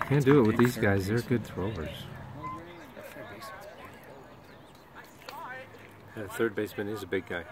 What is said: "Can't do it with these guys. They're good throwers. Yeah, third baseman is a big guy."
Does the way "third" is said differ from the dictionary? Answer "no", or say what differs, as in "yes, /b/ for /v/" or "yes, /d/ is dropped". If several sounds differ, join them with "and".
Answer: no